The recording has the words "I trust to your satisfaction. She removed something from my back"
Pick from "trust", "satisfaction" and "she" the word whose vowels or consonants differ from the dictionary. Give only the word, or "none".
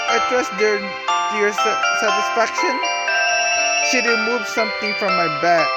trust